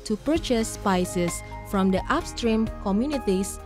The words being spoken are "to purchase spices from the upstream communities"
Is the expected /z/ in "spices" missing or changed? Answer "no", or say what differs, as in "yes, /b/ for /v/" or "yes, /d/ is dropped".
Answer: yes, /s/ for /z/